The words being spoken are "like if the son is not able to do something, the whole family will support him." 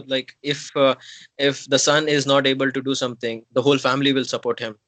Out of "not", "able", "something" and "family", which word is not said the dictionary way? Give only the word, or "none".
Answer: something